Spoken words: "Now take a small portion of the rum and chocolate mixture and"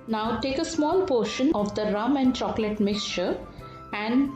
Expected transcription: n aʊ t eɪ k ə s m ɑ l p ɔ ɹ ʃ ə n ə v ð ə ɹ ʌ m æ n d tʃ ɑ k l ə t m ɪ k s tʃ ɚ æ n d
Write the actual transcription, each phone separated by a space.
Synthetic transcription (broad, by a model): n aʊ t eɪ k ə s m ɑ l p ɔ ɹ ʃ ə n ə v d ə ɹ ʌ m æ n d tʃ ɑ k l ə t m ɪ k s tʃ ɚ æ n d